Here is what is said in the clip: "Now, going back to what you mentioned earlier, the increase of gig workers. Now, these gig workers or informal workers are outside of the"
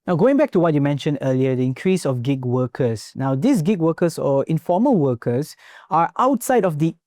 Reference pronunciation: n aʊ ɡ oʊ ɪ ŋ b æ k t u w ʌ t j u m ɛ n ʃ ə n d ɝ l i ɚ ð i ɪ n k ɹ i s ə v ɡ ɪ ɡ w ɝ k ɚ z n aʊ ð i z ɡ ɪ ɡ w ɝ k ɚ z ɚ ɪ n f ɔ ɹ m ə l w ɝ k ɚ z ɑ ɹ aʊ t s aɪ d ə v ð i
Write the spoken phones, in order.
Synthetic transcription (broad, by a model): n aʊ ɡ oʊ ɪ ŋ b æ k t u w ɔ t j u m ɛ n ʃ ə n d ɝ l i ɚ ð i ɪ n k ɹ i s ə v ɡ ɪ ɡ w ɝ k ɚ s n aʊ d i s ɡ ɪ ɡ w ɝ k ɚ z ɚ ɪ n f ɔ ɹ m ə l w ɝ k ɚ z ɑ ɹ aʊ t s aɪ d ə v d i